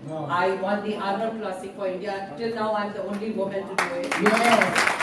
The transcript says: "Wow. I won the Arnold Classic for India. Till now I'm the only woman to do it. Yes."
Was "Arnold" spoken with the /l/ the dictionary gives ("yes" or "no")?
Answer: no